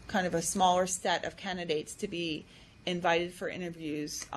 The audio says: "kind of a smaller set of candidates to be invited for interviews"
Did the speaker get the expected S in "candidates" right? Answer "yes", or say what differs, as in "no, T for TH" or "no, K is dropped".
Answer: yes